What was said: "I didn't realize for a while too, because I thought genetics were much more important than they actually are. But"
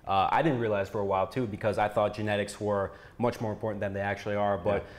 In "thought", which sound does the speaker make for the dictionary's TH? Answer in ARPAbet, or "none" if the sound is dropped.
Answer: TH